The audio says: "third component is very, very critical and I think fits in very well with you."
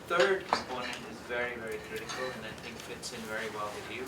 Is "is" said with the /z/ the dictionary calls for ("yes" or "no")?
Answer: yes